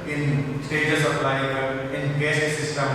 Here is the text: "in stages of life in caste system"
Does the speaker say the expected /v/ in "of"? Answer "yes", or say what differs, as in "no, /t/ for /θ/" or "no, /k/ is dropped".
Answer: no, /p/ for /v/